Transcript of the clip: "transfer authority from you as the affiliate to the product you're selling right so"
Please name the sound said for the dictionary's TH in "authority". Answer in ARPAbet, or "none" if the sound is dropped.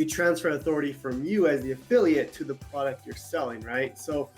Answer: TH